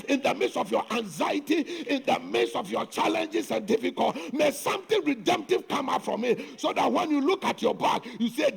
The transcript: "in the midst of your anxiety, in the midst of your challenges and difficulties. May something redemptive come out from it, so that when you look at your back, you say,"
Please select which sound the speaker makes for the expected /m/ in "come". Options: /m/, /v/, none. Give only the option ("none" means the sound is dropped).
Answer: /m/